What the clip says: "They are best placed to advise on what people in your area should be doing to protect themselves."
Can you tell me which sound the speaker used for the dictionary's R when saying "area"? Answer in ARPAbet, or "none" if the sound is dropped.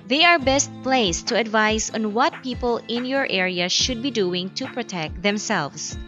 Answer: R